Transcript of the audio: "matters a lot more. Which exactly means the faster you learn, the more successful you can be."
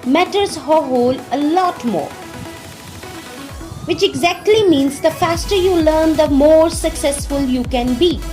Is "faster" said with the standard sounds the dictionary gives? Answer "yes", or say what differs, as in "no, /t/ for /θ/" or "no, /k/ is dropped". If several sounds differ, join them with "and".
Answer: yes